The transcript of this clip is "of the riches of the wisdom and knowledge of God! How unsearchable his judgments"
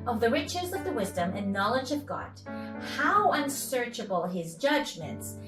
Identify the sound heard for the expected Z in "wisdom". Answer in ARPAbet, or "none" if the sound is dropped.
Z